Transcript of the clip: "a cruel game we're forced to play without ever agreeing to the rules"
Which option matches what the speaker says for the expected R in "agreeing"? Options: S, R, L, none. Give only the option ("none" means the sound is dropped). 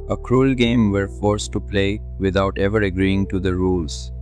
R